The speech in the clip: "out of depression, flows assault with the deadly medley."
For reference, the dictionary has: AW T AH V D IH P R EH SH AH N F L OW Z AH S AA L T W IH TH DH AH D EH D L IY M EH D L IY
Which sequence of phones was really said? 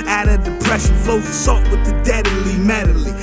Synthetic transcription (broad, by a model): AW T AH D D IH P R EH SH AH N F OW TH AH S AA T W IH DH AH D EH D L IY M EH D L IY